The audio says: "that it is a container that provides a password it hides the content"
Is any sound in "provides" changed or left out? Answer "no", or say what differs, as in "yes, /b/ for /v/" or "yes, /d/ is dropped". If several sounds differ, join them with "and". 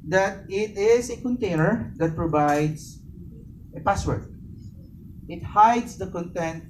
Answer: yes, /s/ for /z/